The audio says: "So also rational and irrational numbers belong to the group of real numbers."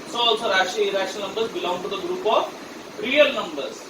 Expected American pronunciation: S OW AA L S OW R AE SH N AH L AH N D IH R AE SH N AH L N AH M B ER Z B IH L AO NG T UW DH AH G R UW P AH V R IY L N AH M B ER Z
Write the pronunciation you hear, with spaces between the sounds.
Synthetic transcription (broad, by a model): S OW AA L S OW R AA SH AH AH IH R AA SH AH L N AH M B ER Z B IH L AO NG T UW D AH G R UW P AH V R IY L N AH M B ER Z